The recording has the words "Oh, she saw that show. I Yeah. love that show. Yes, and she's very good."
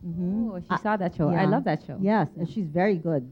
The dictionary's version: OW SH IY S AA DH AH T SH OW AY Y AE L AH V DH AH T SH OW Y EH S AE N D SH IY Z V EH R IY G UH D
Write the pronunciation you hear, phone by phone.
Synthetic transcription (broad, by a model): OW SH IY S AA DH AH T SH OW AY L AH V DH AH T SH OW Y EH S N SH IY Z V EH R IY G UH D